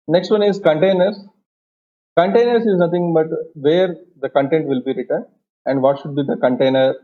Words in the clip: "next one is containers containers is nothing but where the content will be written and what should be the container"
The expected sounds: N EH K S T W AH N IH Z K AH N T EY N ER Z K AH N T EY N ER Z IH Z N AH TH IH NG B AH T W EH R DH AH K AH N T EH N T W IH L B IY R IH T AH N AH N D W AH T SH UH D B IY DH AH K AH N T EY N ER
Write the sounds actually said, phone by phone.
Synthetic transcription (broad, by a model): N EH K S T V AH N IH Z K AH N T EY N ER S K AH N T EY N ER S IH Z N AH T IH NG B AH T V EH R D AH K AH N T EH N T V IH L B IY R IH T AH N AH N D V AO T SH UH D B IY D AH K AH N T EY N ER